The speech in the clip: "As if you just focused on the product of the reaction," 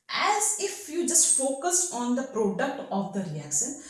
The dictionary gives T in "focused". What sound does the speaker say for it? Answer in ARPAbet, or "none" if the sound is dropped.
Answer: none